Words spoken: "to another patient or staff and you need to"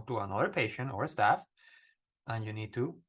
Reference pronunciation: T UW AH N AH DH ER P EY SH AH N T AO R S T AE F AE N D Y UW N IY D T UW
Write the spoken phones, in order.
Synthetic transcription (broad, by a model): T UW AH N AH DH ER P EY SH AH N T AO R S T AE F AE N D Y UW N IY D T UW